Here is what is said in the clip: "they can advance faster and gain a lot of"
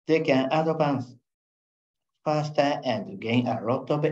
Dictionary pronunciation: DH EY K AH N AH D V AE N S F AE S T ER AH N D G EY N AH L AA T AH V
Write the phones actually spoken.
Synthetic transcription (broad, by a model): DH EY K AH N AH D P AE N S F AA S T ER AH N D G EY N AH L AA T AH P